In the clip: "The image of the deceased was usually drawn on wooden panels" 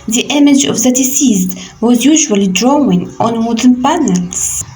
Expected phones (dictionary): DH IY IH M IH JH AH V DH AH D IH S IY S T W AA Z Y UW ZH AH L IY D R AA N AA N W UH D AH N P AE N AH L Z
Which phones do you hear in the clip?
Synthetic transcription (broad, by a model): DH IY IH M IH JH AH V DH AH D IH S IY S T W AA Z Y UW ZH AH L IY D R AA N AA N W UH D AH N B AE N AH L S